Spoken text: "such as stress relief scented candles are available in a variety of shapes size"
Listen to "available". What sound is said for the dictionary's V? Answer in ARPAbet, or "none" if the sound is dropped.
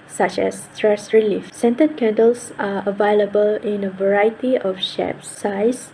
V